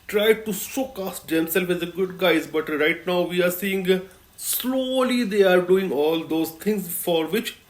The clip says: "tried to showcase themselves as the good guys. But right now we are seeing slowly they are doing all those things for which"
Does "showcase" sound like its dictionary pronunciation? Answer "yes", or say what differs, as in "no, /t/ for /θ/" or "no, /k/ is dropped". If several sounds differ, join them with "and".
no, /s/ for /ʃ/